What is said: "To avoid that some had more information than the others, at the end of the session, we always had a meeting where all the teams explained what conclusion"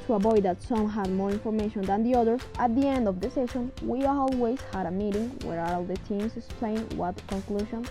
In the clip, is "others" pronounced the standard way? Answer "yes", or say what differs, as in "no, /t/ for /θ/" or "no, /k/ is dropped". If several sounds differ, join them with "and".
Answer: no, /z/ is dropped